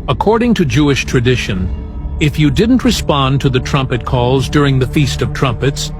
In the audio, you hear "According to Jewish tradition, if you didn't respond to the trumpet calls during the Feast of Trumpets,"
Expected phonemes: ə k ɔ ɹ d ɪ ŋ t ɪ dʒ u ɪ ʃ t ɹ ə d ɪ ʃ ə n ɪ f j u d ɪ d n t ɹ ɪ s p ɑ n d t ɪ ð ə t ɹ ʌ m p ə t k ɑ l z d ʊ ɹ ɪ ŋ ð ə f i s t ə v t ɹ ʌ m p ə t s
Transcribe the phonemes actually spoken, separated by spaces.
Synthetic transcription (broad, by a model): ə k ɔ ɹ d ɪ ŋ t ɪ dʒ u ɪ ʃ t ɹ ə d ɪ ʃ ə n ɪ f j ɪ d ɪ d n t ɹ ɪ s p ɑ n t ɪ ð ə t ɹ ʌ m p ə t k ɑ l z d ʊ ɹ ɪ ŋ ð ə f i s t ə v t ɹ ʌ m p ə t s